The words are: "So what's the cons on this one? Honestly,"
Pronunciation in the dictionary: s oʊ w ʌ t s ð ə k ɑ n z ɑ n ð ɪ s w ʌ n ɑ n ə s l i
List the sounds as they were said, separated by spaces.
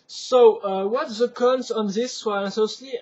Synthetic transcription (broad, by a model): s oʊ w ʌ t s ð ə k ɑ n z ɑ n ð ɪ s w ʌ ɑ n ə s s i